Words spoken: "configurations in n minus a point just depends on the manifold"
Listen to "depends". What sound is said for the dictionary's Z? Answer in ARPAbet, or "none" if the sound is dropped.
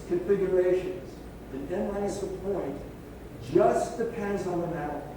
Z